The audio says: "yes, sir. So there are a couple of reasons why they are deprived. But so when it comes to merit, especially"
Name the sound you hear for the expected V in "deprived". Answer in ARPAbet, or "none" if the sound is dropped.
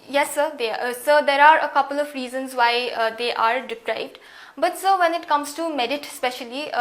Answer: B